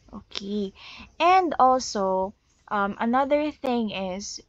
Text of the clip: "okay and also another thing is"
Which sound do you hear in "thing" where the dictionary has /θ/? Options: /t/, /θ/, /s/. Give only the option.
/θ/